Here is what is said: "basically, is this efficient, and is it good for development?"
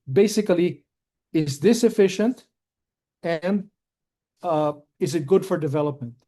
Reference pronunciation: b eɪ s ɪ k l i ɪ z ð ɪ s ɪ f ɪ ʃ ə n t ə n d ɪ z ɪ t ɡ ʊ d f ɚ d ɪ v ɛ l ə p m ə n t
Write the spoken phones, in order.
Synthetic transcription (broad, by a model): b eɪ s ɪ k l i ɪ z ð ɪ s ɪ f ɪ ʃ ə n t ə n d ɪ z ɪ t ɡ ʊ d f ɚ d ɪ v ɛ l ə p m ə n t